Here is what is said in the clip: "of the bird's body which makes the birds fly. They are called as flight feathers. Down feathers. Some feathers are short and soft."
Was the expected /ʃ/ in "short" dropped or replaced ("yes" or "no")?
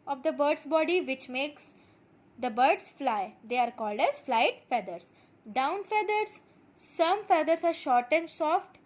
no